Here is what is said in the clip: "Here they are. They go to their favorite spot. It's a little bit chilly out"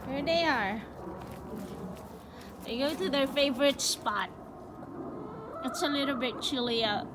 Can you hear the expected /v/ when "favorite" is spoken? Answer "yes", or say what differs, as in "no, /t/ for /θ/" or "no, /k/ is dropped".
yes